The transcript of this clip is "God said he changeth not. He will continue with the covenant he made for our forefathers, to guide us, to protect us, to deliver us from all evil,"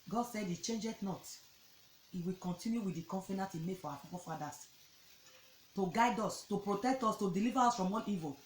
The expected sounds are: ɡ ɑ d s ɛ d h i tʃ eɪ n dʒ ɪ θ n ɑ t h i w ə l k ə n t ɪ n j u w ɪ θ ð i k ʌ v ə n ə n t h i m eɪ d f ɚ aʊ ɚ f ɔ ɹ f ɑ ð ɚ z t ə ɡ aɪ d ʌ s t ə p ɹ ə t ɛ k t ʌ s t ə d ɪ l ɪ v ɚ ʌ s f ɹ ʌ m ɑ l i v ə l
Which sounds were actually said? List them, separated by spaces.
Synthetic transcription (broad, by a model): ɡ ɑ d s ɛ d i tʃ eɪ n dʒ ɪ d n ɑ t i w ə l k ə n t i n j u w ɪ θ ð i k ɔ f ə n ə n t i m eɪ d f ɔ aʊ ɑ p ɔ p f ɑ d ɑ s t ə ɡ aɪ d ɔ s t ə p ɹ ə t ɛ k t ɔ s t ə d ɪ l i v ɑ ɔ s f ɹ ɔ m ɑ n i v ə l